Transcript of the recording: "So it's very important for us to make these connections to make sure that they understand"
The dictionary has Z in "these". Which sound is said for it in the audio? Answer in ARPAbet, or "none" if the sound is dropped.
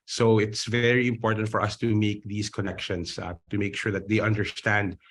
S